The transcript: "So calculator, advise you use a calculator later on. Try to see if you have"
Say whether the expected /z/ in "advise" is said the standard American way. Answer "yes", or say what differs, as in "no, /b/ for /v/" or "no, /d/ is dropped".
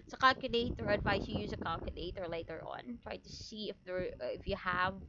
no, /s/ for /z/